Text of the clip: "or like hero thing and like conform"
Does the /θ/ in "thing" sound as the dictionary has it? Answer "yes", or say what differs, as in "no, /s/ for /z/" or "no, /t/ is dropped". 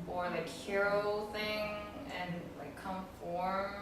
yes